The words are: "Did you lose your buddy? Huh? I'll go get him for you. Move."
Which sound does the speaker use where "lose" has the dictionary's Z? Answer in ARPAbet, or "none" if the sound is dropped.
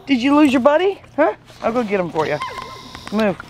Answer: Z